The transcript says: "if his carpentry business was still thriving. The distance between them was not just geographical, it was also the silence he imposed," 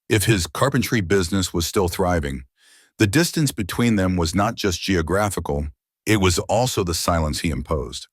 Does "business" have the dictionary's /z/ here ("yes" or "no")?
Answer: yes